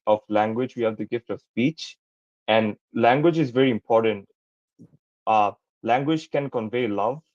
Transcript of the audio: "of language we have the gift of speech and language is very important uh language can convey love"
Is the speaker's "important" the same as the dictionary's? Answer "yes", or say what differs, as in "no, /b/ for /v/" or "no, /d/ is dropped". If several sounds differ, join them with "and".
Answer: yes